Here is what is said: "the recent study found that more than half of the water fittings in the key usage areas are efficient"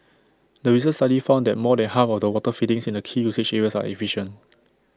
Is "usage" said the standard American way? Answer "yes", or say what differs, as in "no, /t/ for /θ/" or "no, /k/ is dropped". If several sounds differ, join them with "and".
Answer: no, /tʃ/ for /dʒ/